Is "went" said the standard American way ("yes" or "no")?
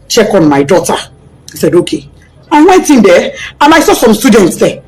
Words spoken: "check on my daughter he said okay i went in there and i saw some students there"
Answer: yes